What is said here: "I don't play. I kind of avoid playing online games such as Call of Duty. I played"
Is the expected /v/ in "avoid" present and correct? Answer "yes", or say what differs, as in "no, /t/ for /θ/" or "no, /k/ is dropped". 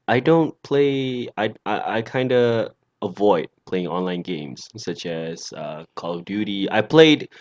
yes